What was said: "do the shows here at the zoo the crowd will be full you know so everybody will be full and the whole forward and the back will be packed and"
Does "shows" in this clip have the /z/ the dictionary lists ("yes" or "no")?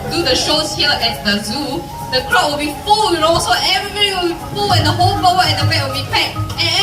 no